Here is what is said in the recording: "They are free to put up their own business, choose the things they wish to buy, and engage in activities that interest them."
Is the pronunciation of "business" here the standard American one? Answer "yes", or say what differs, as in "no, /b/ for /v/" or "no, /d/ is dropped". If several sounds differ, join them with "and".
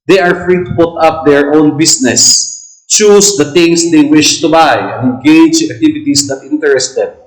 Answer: no, /s/ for /z/